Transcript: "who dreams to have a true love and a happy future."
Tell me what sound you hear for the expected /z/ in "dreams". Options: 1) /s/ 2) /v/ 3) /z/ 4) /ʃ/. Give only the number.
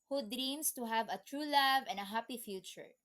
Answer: 1